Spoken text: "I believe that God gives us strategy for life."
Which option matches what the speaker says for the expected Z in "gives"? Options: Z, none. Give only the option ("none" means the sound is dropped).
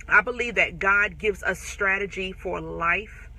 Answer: Z